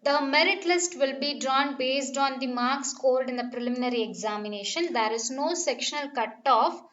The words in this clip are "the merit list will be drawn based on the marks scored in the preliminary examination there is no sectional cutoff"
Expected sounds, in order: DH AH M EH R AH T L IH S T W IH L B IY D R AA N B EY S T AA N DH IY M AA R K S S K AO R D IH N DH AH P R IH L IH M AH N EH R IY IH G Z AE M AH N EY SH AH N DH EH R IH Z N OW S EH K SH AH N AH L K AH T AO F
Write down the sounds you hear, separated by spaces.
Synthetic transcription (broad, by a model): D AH M EH R AH T L IH S T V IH L B IY D R AA N B EY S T AA N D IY M AA R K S S K AO L D IH N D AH P R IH L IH M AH N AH R IY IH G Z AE M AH N EY SH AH N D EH R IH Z N OW S EH K SH AH N AH L K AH T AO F